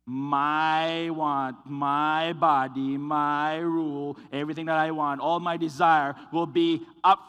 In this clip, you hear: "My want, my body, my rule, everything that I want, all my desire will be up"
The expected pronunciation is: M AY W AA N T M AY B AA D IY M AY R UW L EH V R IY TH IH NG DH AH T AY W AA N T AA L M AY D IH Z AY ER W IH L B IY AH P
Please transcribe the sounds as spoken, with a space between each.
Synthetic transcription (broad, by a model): M AY W AA N T M AY B AA D IY M AY R UW L EH V R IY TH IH NG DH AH T AY W AA N T AA L M AY D IH Z AY ER W IH L B IY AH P